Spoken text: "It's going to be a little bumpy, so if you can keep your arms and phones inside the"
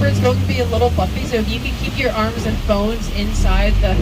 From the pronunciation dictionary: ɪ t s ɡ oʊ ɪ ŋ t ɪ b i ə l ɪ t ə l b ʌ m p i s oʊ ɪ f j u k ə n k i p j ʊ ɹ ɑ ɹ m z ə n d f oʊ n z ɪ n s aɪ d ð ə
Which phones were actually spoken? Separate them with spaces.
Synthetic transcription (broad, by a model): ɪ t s ɡ oʊ ɪ ŋ t ɪ b i ə l ɪ t l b ʌ p i s oʊ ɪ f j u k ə k i p j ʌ ɹ ɑ ɹ m z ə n f oʊ n z ɪ n s aɪ d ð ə